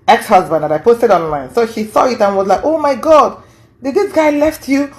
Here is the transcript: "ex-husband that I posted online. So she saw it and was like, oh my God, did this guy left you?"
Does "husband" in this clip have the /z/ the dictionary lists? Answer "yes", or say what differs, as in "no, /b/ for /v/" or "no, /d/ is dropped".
yes